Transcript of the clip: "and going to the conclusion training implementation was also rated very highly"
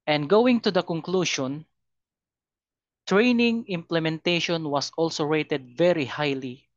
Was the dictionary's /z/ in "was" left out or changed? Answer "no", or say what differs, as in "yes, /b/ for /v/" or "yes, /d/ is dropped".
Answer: yes, /s/ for /z/